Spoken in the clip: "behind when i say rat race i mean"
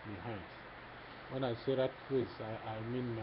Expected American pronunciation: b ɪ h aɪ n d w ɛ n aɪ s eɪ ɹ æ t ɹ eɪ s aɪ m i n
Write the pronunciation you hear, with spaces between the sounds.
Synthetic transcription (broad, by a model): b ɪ h aɪ n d w ɛ n aɪ s eɪ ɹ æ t w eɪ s aɪ m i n